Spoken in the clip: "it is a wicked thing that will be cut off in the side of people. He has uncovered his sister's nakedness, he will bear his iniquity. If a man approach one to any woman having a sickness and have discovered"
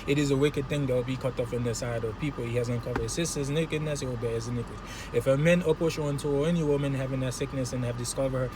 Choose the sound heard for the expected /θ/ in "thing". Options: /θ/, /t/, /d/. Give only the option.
/θ/